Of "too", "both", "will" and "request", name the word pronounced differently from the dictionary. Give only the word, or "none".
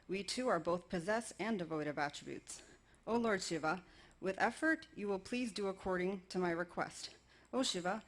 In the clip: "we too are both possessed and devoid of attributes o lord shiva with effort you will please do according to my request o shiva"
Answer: none